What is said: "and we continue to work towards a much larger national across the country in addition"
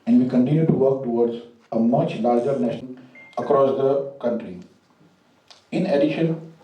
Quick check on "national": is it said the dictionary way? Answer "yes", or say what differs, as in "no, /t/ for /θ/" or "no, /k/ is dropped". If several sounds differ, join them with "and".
no, /n/ is dropped and /n/ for /l/